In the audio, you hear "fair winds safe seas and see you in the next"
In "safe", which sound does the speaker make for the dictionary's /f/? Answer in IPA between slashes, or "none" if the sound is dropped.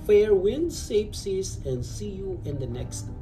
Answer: /p/